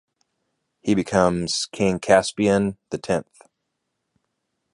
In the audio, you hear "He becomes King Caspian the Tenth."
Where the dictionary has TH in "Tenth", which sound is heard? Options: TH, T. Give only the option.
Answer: TH